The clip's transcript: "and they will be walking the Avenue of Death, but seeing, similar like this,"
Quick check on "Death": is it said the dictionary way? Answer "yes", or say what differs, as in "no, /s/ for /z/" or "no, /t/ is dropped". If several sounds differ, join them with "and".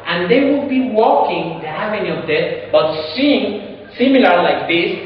no, /s/ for /θ/